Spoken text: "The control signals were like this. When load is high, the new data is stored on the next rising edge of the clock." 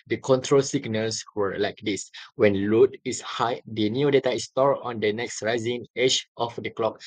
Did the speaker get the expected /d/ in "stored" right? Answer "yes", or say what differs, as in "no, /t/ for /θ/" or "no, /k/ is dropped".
no, /d/ is dropped